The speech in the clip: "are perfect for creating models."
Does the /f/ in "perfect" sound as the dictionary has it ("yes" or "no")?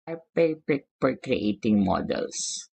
no